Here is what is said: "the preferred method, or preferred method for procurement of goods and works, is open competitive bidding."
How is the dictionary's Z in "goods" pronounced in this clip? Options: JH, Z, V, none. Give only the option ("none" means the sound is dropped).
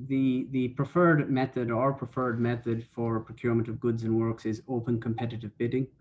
Z